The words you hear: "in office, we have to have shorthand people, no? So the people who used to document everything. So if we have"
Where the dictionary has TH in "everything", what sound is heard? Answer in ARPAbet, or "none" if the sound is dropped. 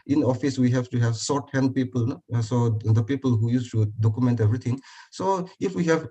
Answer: T